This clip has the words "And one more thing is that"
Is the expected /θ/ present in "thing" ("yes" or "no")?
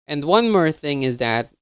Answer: yes